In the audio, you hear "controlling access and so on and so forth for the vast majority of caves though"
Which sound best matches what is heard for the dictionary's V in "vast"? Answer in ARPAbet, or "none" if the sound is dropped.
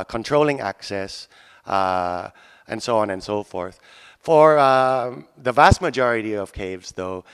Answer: V